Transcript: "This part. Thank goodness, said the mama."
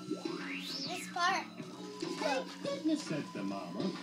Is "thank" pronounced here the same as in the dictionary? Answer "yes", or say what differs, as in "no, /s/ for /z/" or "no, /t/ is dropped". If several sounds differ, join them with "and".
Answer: no, /s/ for /θ/